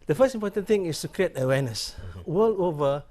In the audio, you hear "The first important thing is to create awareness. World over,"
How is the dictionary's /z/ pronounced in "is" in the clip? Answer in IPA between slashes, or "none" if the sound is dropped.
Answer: /s/